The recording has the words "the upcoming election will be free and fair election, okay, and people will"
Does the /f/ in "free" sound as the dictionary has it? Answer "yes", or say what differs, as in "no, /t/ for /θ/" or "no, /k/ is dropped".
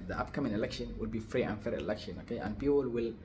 yes